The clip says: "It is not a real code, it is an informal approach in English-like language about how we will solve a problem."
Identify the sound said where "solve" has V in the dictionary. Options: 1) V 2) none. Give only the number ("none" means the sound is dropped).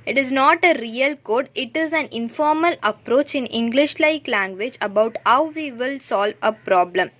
1